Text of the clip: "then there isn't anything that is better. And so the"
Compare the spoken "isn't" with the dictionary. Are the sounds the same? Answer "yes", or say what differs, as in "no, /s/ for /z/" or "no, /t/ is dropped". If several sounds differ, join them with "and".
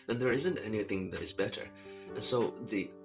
yes